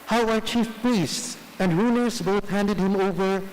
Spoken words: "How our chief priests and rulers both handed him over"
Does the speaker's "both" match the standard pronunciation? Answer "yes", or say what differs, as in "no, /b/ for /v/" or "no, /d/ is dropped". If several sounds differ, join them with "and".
yes